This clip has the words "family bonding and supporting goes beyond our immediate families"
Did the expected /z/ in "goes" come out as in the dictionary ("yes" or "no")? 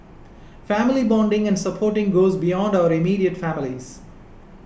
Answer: yes